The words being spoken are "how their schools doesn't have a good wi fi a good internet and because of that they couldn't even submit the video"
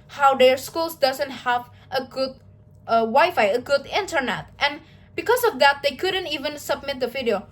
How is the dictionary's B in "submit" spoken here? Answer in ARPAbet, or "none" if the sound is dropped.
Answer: B